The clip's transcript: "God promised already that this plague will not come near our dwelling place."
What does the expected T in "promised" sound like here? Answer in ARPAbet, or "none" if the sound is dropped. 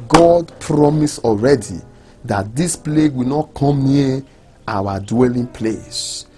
none